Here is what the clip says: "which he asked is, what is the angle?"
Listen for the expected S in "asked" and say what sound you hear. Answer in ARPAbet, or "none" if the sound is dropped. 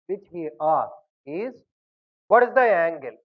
none